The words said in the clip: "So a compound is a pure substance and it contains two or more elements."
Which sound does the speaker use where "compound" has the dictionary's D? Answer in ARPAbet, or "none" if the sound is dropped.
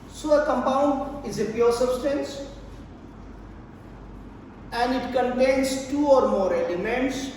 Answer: D